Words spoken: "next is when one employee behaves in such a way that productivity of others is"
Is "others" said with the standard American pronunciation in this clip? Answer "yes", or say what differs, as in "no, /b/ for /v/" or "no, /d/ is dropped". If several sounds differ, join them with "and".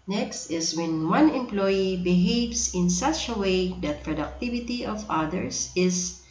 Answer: no, /s/ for /z/